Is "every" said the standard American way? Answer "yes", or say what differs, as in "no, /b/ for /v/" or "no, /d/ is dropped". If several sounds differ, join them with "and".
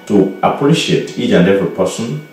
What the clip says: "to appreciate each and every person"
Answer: no, /ɹ/ is dropped